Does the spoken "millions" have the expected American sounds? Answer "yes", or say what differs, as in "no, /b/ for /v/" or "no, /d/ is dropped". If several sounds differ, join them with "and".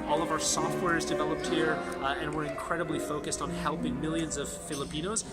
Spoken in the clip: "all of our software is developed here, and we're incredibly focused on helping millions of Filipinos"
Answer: yes